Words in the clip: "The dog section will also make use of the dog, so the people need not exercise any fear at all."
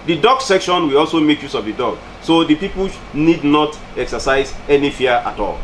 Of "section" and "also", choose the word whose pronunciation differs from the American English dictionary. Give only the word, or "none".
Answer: none